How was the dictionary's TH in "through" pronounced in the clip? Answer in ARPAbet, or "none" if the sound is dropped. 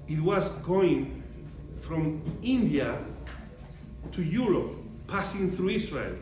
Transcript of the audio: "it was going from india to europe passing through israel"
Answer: TH